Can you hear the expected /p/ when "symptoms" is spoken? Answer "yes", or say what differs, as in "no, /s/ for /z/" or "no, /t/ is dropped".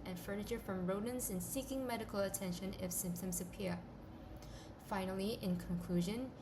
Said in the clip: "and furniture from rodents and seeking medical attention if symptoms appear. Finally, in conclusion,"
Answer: yes